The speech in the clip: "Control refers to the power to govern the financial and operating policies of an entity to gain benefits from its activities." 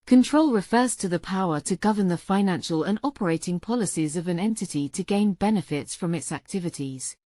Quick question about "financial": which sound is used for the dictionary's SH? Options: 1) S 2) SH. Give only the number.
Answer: 2